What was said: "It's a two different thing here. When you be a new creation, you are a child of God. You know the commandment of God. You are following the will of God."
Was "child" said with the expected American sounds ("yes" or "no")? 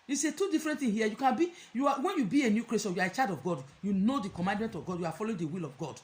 no